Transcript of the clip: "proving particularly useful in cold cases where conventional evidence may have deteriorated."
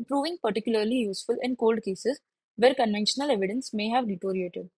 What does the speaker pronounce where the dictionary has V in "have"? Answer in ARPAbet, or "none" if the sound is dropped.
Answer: V